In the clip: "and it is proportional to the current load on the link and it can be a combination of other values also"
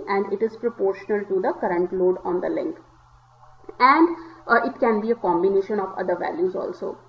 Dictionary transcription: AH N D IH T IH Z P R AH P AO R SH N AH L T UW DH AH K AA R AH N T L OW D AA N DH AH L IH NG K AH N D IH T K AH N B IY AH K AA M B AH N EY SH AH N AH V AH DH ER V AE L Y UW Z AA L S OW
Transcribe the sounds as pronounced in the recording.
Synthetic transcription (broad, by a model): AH N D IH T IH Z P R AH P AO R SH N AH L T UW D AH K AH R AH N T L OW D AA N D AH L IH NG K AH N D IH T K AH N B IY AH K AA M B AH N EY SH AH N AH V AH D ER V AE L Y UW Z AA L S OW